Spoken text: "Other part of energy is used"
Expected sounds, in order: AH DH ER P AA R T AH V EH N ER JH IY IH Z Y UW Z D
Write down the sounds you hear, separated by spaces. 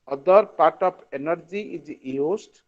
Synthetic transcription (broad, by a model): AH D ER P AA R T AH P EH N ER JH IY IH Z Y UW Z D